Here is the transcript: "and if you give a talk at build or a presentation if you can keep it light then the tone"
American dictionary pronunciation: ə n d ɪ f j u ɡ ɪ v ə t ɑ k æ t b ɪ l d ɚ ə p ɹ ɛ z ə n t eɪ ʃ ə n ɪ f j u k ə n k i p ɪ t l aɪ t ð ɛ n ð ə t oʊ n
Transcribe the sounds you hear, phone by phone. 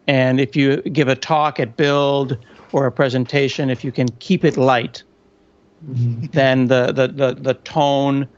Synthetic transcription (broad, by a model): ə n ɪ f j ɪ ɡ ɪ v ə t ɑ k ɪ t b ɪ l d ɚ ə p ɹ ɛ z ə n t eɪ ʃ ə n ɪ f j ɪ k ə n k i p ɪ t l aɪ t ð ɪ n ð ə t oʊ n